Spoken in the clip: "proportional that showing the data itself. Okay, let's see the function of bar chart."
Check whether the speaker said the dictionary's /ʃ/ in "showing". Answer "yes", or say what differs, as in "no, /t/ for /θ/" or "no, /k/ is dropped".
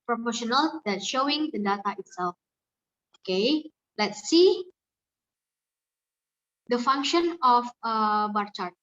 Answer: yes